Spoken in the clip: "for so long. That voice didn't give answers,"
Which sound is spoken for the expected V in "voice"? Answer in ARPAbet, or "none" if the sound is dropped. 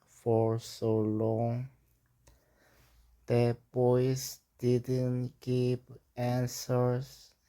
B